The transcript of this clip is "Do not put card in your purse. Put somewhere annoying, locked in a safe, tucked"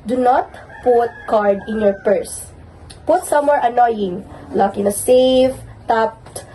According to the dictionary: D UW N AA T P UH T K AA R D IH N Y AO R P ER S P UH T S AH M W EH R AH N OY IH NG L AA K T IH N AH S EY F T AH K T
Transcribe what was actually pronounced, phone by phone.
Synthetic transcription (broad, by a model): D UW N AA T P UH T K AA R D IH N Y AO R P ER S P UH T S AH M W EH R AH N OY IH NG L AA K IH N AH S EY F T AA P T